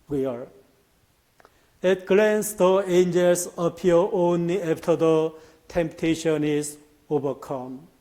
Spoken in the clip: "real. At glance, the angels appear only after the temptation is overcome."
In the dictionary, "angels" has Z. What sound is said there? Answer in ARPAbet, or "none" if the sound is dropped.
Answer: S